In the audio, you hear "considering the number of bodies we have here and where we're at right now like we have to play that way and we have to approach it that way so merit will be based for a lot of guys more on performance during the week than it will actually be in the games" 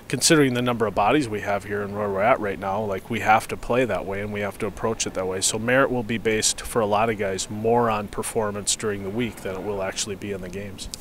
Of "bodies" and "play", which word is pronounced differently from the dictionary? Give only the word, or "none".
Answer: none